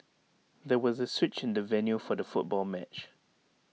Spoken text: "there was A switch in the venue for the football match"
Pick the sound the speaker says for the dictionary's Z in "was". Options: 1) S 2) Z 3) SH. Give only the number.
2